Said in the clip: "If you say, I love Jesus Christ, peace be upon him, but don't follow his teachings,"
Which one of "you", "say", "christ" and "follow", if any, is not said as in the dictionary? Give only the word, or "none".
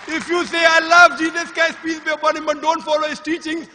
christ